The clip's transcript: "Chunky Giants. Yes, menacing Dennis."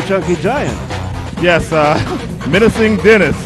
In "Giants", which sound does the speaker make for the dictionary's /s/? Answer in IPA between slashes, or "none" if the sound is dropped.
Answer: none